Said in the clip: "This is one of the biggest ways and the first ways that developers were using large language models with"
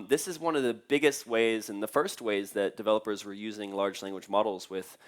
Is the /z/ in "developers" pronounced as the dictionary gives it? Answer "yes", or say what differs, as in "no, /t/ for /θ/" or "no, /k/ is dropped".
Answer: yes